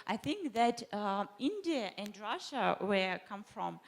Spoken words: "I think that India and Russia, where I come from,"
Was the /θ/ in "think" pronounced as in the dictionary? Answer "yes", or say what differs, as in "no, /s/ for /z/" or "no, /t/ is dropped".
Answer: yes